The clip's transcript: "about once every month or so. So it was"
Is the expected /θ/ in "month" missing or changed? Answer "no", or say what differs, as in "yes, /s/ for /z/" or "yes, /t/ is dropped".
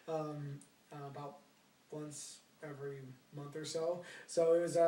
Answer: no